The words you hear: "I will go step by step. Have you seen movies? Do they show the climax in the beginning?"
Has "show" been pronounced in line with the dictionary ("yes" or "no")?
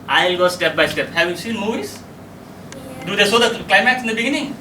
no